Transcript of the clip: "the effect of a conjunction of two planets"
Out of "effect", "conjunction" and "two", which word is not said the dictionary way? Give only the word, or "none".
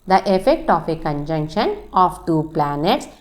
none